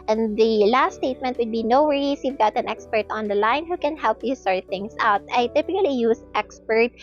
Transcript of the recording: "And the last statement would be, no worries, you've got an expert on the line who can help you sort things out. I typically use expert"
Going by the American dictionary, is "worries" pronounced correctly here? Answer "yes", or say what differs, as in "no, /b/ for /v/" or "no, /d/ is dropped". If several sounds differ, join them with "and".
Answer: no, /s/ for /z/